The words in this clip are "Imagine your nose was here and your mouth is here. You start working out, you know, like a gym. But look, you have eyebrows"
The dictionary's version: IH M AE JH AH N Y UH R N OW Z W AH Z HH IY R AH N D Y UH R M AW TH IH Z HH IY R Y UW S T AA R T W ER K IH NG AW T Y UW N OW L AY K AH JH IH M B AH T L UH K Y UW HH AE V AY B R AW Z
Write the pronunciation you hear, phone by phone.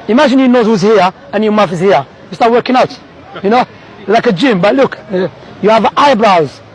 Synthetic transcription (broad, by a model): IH M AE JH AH N Y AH N OW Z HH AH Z HH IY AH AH N Y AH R M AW F IH Z HH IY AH Y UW S T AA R T W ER K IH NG AW T Y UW N OW L AY K AH JH IH M B AH T L UH K Y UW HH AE V AY B R AW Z